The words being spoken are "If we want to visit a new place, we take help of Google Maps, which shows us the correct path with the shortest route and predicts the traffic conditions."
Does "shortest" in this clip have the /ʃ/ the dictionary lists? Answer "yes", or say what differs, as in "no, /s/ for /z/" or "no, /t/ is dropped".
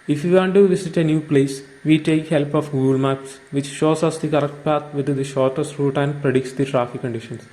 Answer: yes